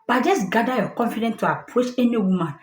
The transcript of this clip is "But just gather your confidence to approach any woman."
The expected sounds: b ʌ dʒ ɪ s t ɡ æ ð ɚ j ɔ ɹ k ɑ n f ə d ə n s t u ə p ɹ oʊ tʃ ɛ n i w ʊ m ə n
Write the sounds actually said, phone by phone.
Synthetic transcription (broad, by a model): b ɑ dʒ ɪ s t ɡ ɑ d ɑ j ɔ k ɑ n f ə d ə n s t u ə p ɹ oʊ s ɛ n i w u m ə n